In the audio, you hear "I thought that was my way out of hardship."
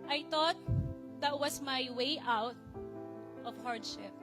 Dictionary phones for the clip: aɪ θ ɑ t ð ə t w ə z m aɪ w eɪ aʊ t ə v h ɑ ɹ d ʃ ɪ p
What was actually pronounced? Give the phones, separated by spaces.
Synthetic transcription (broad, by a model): aɪ t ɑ t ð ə t w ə s m aɪ w eɪ aʊ t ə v h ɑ ɹ d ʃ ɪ p